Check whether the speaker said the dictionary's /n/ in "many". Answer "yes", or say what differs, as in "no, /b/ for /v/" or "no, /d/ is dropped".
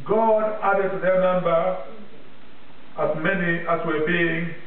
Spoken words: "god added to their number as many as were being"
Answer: yes